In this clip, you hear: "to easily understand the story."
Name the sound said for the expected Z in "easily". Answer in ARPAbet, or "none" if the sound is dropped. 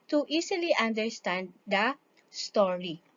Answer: S